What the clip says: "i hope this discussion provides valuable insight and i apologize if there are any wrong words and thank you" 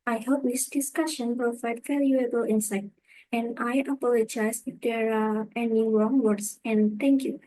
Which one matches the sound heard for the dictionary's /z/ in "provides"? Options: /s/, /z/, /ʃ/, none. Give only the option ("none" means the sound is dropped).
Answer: none